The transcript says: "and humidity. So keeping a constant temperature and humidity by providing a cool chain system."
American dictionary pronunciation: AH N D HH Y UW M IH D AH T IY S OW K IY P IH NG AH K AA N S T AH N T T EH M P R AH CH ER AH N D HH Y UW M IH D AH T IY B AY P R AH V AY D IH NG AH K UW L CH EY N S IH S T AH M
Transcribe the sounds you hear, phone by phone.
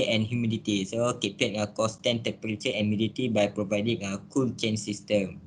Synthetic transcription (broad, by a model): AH N HH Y UW M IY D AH T IY S OW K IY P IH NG AH K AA S T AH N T T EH M P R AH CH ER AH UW M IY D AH T IY B AY P R AH V AY D IH NG AH K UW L CH EY N S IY S T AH M